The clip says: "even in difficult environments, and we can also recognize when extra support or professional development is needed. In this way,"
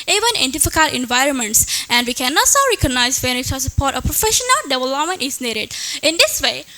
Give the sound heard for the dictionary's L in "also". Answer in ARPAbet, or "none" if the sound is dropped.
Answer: none